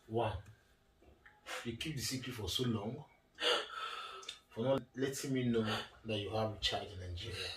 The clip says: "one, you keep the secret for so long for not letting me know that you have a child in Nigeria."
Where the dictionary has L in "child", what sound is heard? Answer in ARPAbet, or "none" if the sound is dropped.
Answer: none